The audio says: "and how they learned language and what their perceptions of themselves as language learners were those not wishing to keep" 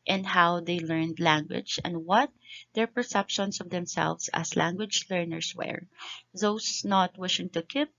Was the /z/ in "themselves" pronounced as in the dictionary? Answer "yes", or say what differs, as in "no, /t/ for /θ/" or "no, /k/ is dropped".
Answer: no, /s/ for /z/